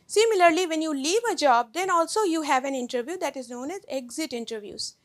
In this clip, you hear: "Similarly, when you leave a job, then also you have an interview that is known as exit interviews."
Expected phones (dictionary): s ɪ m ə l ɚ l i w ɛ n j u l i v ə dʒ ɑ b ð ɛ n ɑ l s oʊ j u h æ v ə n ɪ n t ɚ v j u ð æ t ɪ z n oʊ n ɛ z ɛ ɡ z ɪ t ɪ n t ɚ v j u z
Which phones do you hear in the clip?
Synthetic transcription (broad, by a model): s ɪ m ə l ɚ l i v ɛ n j u l i v ə dʒ ɑ b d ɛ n ɑ l s oʊ j u h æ v ə n ɪ n t ɚ v j u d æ t ɪ z n oʊ n ɛ z ɛ ɡ z ɪ t ɪ n t ɚ v j u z